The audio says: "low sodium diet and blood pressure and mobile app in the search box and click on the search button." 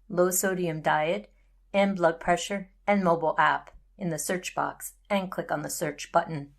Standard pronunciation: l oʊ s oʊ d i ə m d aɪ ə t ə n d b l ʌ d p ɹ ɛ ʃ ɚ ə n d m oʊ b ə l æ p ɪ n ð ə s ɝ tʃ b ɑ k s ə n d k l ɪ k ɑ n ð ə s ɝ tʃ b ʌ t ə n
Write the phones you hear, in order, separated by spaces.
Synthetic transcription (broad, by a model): l oʊ s oʊ d i ə m d aɪ ə t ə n b l ʌ d p ɹ ɛ ʃ ɚ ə n m oʊ b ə l æ p ɪ n ð ə s ɝ tʃ b ɑ k s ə n k l ɪ k n ð ə s ɝ tʃ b ʌ t n